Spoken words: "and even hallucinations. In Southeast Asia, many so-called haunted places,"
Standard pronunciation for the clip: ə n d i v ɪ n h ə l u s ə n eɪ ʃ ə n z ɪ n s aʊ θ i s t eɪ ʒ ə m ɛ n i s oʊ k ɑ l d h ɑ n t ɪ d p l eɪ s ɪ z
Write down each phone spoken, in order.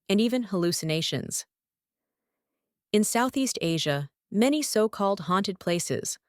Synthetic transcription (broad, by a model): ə n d i v ɪ n h ə l u s ə n eɪ ʃ ə n z ɪ n s aʊ θ i s t eɪ ʒ ə m ɛ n i s oʊ k ɑ l d h ɑ n t ɪ d p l eɪ s ɪ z